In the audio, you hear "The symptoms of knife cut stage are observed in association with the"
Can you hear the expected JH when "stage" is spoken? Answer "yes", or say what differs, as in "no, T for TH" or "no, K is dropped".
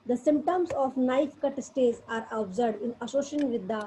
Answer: no, Z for JH